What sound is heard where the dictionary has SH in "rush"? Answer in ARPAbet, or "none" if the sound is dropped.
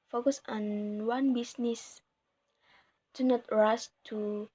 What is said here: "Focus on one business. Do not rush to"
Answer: S